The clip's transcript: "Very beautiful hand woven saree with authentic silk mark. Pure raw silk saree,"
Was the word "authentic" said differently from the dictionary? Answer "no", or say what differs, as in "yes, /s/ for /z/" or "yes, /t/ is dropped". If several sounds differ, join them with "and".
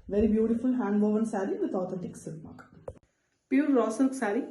yes, /t/ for /θ/